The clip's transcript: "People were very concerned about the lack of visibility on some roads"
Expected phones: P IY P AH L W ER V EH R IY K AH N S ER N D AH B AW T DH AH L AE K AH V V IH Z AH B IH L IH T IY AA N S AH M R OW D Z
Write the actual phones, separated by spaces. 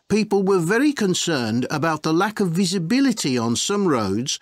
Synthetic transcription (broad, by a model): P IY P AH L W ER V EH R IY K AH N S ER N D AH B AW T DH AH L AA K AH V V IH Z AH B IH L IH T IY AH N S AH M R OW D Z